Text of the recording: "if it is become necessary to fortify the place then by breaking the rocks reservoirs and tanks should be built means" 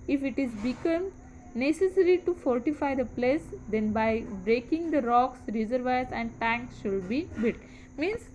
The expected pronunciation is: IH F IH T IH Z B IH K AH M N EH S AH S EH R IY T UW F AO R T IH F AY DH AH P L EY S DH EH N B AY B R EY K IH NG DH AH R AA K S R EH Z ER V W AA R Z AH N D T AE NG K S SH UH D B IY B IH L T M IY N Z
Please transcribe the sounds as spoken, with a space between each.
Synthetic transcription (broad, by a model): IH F IH T IH Z B IH K AH M N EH S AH S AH R IY T UW F AO R T IH F AY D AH P L EY S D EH N B AY B R EY K IH NG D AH R AA K S R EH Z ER V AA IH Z AH N D T AE NG K S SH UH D B IY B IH T M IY N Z